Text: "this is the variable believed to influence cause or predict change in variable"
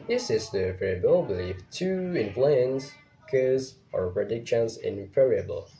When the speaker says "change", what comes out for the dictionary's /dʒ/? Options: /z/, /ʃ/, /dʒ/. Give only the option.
/z/